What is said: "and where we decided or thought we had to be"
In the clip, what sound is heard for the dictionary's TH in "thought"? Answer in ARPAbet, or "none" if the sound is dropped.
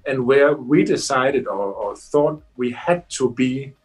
TH